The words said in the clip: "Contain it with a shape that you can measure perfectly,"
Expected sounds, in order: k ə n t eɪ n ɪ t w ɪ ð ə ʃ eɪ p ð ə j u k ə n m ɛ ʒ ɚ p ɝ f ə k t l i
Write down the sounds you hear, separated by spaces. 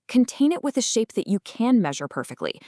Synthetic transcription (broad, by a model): k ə n t eɪ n ɪ t w ɪ ð ə ʃ eɪ p ð ə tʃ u k ə n m ɛ ʒ ɚ p ɝ f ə k t l i